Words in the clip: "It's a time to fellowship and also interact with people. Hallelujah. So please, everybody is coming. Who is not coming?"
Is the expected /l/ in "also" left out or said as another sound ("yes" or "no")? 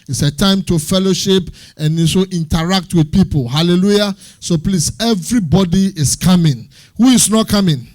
yes